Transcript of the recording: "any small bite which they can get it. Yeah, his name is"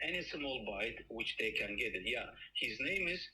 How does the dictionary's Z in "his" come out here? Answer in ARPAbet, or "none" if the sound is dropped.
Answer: Z